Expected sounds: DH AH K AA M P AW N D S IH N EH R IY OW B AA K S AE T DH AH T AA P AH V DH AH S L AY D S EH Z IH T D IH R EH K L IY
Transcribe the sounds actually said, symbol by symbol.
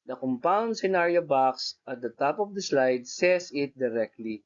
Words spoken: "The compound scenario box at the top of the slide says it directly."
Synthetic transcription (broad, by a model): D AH K AA M P AW N D S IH N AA R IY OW B AA K S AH T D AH T AA P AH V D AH S L AY D S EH S IH T D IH R EH K L IY